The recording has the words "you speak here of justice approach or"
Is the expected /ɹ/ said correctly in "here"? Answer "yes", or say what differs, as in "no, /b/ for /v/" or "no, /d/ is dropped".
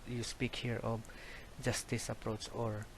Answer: yes